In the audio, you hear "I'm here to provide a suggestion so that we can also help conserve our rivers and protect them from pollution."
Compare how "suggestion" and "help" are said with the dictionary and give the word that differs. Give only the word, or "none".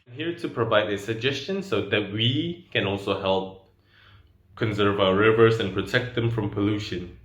none